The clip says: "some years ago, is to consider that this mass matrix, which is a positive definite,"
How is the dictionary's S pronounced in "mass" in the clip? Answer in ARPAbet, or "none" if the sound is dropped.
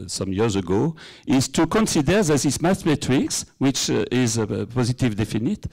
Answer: TH